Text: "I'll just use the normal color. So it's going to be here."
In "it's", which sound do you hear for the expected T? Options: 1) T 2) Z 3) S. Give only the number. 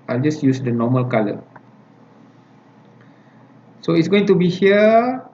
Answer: 1